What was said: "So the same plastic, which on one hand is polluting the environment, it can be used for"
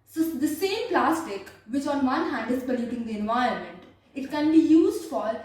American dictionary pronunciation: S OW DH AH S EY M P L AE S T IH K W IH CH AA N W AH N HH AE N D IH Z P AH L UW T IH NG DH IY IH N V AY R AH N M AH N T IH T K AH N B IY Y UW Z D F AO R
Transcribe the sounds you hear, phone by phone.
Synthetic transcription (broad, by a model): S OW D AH S EY M P L AE S T IH K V IH CH AA N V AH N HH AE N D IH Z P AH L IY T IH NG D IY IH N V AY AH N M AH N T IH T K AH N B IY Y UW Z D F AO R